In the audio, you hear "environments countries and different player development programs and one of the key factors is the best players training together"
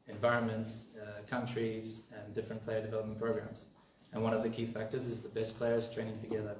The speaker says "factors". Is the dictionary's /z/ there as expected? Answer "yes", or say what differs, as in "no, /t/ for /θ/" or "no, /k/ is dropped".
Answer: yes